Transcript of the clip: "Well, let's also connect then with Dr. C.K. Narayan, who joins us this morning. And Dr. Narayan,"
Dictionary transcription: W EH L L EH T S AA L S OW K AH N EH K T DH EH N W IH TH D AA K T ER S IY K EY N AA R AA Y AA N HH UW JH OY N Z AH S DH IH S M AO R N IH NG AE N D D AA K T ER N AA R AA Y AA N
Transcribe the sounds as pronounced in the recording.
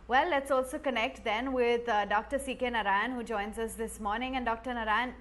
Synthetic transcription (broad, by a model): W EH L L EH T S AA L S OW K AH N EH K T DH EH N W IH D D AA K T ER S IY K EY N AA R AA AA N HH UW JH OY N Z AH S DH IH S M AO R N IH NG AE N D D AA K T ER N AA R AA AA N